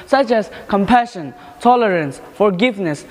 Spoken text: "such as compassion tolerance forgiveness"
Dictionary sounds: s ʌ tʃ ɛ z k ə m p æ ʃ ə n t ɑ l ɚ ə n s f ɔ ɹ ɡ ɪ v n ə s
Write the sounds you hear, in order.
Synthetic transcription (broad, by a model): s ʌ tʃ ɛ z k ə m p æ ʃ ə n t ɑ l ɚ ə n s f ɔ ɹ ɡ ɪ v n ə s